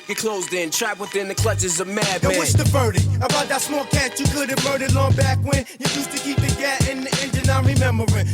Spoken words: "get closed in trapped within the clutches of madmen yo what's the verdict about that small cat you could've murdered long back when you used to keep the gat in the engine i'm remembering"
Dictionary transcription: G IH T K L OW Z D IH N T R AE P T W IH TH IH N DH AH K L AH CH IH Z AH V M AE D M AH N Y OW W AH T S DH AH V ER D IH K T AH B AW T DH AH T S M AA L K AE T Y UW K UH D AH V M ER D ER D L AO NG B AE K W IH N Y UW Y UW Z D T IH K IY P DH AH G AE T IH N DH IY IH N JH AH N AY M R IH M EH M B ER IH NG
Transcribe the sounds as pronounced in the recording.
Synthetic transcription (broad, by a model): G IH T K L OW Z D IH N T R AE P W IH TH IH N DH AH K L AH CH IH Z AH V M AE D AH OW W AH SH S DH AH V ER D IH AH B AW T DH AH T S M AA L K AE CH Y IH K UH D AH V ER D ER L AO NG B AE K W IH N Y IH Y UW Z T IH K IY P DH AH G AE T IH N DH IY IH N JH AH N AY R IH M EH M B ER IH